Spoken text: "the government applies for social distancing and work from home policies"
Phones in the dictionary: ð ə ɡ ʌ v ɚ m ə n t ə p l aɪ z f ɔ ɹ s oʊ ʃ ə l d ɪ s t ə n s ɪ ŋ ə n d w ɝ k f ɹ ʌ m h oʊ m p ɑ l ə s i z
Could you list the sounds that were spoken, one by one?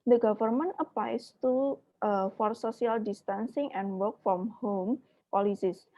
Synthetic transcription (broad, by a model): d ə ɡ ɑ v ɚ m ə n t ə p l aɪ s f ɔ ɹ s oʊ s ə l d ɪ s t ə n s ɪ ŋ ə n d w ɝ k f ɹ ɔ m h oʊ m p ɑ l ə s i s